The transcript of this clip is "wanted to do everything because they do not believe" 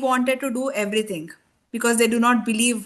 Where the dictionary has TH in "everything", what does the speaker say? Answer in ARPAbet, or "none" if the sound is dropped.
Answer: T